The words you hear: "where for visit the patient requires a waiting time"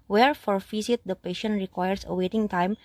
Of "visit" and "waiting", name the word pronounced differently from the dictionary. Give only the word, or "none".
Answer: visit